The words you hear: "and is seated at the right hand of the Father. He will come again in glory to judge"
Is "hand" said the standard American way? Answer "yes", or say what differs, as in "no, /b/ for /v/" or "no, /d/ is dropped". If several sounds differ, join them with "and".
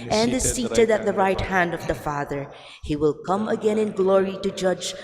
yes